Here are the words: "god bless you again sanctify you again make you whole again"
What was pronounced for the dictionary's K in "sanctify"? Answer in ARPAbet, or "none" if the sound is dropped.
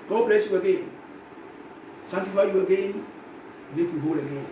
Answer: none